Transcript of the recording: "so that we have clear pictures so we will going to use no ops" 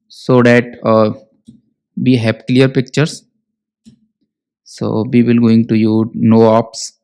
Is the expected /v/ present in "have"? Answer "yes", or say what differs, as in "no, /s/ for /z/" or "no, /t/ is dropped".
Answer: no, /p/ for /v/